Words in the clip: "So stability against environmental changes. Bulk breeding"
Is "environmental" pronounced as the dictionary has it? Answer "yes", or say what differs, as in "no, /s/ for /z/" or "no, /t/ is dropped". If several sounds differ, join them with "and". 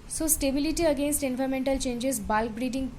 no, /f/ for /v/